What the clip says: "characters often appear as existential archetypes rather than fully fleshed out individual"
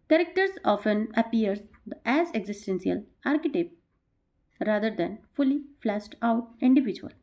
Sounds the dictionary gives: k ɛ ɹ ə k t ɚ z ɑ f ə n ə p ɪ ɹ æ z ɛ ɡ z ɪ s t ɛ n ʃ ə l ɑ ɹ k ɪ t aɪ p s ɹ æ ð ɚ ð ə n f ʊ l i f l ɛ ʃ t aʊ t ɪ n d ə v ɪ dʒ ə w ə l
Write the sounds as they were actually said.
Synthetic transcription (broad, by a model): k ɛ ɹ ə k t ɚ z ɑ f ə n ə p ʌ ɹ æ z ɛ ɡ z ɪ s t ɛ n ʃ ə l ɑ ɹ k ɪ t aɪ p ɹ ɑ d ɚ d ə n f ʊ l i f l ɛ s t aʊ t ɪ n d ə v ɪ dʒ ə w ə l